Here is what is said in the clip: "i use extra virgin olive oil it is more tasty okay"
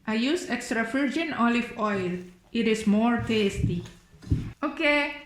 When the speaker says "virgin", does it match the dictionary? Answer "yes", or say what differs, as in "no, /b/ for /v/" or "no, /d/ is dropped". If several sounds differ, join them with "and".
no, /f/ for /v/